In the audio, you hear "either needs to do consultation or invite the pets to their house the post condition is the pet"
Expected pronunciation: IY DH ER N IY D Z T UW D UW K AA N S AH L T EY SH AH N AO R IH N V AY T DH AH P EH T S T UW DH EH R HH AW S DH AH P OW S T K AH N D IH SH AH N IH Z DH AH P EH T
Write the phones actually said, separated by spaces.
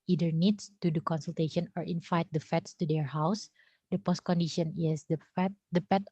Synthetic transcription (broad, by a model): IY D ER N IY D S T UW D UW K AA N S AH L T EY SH AH N AO R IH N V AY T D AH F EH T S T UW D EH R HH AW S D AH P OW S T K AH N D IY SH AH N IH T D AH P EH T